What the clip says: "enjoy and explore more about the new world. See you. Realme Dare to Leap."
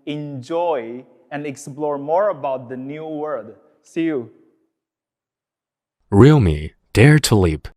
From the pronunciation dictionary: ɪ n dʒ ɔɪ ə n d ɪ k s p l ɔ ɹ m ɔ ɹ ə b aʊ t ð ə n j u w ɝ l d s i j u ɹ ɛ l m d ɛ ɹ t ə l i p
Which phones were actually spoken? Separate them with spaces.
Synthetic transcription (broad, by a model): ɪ n dʒ ɔɪ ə n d ɪ k s p l ɔ ɹ m ɔ ɹ ə b aʊ t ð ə n j u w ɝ d s i j u ɹ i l m d ɛ ɹ t ə l i p